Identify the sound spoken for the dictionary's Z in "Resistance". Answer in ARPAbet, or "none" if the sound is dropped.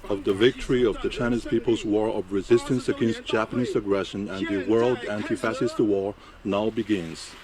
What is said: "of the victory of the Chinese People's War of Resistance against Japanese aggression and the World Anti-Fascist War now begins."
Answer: Z